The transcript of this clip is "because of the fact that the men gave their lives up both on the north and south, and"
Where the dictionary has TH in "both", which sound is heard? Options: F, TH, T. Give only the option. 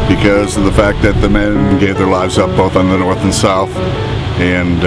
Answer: TH